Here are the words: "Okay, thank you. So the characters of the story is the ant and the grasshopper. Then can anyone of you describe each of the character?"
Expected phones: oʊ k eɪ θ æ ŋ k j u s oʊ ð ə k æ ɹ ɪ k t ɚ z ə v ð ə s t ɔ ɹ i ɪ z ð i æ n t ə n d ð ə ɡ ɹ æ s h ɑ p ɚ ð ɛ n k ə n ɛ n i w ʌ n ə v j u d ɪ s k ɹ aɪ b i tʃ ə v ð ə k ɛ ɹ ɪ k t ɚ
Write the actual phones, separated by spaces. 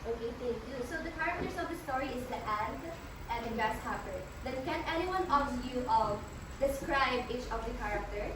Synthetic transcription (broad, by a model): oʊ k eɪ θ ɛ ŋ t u s oʊ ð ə k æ ɹ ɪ k t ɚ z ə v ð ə s t ɔ ɹ i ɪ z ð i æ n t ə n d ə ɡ æ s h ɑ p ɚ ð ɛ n k ə n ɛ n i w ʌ n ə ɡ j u d ɪ s k ɹ aɪ b i tʃ ə v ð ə k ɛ ɹ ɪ k t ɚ